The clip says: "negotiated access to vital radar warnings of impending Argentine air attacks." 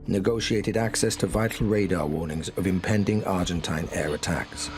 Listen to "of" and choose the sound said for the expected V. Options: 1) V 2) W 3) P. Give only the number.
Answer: 1